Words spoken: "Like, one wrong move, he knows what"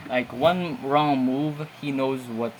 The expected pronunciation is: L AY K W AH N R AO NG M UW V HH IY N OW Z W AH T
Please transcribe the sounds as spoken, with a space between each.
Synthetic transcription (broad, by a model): L AY K W AH N R AO NG M UW V HH IY N OW Z W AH T